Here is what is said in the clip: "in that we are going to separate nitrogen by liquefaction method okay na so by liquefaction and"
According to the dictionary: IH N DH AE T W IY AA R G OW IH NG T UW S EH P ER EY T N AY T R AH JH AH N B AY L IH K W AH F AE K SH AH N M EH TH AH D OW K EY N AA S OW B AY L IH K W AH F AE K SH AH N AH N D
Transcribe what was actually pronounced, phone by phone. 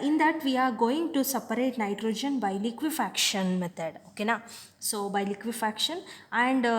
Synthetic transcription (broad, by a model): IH N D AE T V IY AA R G OW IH NG T UW S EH P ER EY T N AY T R AH JH AH N B AY L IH K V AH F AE K SH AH N M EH T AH D OW K EY N AA S OW B AY L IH K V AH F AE K SH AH N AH N D